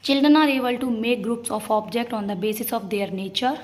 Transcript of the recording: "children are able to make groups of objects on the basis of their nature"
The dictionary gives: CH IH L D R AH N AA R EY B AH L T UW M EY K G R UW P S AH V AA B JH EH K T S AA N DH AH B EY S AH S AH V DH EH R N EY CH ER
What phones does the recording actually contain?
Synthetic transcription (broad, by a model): CH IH L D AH N AA R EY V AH L T UW M EY K G R UW P S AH F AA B JH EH K T AA N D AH B EY S AH S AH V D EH R N EY CH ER